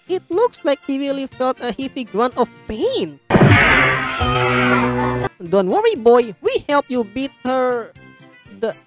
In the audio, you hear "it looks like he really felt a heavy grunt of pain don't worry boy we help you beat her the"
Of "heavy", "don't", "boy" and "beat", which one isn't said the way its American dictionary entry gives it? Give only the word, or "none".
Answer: heavy